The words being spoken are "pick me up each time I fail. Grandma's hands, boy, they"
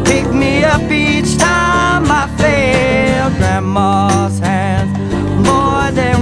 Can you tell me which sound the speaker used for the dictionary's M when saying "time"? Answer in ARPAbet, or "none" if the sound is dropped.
M